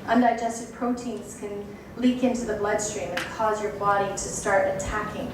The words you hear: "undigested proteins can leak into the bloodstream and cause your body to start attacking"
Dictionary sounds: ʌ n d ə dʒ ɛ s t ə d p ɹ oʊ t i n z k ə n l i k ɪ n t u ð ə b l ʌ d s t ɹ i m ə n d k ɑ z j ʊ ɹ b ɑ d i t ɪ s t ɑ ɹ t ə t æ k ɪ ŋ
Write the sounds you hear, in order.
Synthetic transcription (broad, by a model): ʌ n d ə dʒ ɛ s t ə d p ɹ oʊ t i n z k ə n l i k ɪ n t u ð ə b l ʌ d s t ɹ i m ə n k ɑ z j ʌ ɹ b ɑ d i t ɪ s t ɑ ɹ t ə t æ k ɪ ŋ